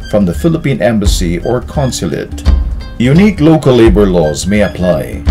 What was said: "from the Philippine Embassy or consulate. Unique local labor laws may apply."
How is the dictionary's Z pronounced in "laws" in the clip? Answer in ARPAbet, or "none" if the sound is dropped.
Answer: Z